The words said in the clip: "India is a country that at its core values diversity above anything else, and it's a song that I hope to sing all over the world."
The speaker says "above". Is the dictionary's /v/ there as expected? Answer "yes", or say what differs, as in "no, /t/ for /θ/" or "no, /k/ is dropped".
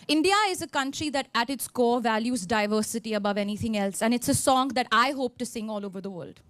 yes